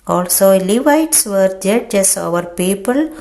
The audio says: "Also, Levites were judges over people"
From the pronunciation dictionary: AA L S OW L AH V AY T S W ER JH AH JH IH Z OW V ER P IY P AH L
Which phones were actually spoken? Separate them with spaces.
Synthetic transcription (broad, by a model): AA L S OW L AH V AY T S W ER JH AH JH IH S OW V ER P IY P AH L